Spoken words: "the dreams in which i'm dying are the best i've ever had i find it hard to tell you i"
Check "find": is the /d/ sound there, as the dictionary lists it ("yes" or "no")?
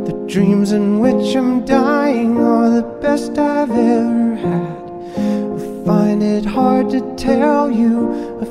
yes